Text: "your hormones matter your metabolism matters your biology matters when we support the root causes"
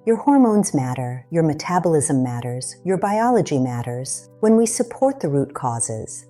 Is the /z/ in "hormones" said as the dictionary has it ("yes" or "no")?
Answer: yes